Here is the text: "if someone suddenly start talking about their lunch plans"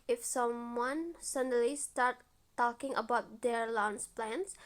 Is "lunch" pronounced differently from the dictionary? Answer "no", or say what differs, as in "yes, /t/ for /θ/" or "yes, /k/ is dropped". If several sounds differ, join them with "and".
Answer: yes, /s/ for /tʃ/